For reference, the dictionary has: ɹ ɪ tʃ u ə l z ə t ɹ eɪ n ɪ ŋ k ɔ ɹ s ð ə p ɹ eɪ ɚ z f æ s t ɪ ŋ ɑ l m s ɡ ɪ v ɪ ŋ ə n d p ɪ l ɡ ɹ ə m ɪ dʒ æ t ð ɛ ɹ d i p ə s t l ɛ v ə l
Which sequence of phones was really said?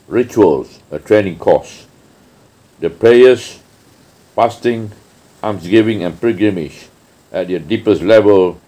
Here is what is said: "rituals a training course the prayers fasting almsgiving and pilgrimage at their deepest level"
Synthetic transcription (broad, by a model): ɹ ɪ tʃ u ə l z ə t ɹ eɪ n ɪ ŋ k ɔ s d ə p ɹ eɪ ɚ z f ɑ s t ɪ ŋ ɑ m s ɡ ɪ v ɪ ŋ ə n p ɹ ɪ ɡ ɹ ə m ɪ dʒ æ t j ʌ d i p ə s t l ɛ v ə l